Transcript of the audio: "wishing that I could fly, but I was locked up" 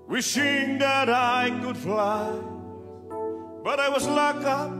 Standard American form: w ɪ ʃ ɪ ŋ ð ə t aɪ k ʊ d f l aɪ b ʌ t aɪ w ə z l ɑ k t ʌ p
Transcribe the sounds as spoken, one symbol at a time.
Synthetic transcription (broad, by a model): w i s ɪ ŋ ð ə t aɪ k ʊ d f l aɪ b ʌ t aɪ w ə z l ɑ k ʌ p